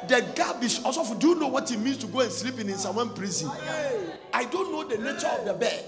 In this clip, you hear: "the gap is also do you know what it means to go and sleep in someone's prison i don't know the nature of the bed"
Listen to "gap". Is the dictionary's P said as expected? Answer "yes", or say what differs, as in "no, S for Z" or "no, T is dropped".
no, B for P